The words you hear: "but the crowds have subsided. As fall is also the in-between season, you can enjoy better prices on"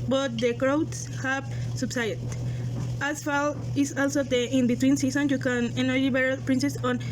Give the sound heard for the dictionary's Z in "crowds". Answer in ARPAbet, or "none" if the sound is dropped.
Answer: S